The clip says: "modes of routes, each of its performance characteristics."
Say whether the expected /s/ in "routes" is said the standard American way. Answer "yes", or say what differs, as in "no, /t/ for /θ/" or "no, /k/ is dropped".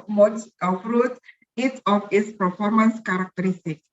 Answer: no, /s/ is dropped